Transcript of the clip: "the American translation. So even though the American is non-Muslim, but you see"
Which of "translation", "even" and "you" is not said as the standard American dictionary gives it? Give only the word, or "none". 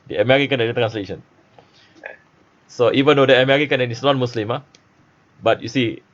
none